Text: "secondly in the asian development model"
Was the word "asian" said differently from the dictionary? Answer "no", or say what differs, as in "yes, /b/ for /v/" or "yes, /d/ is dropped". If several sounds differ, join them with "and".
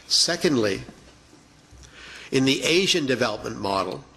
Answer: no